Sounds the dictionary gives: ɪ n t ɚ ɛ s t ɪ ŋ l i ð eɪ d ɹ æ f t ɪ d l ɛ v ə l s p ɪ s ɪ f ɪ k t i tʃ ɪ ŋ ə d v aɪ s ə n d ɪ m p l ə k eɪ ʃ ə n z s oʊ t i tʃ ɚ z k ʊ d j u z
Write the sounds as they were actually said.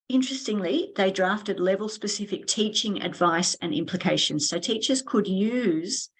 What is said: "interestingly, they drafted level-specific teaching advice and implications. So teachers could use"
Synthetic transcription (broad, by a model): ɪ n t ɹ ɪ s t ɪ ŋ l i ð eɪ d ɹ æ f t ɪ d l ɛ v ə l s p ɪ s ɪ f ɪ k t i tʃ ɪ ŋ ə d v aɪ s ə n ɪ m p l ə k eɪ ʃ ə n z s oʊ t i tʃ ɚ z k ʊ d j u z